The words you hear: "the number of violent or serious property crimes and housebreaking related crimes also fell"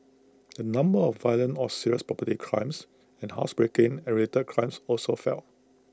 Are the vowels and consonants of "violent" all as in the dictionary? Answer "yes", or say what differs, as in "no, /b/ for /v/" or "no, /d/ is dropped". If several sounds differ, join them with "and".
no, /t/ is dropped